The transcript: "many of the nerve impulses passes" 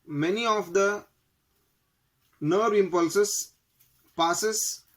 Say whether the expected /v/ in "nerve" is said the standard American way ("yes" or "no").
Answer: no